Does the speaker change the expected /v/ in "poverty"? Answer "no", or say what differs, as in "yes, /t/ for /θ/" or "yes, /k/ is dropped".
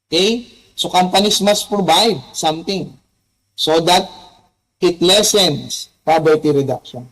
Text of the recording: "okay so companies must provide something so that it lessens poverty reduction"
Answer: yes, /b/ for /v/